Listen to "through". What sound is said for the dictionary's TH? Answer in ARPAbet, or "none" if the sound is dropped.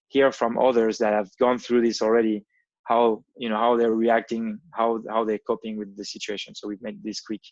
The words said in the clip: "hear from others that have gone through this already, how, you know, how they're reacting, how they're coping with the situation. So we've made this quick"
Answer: TH